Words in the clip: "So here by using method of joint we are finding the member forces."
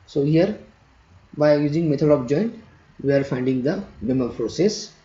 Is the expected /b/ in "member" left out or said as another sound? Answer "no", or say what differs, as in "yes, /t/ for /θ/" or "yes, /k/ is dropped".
yes, /b/ is dropped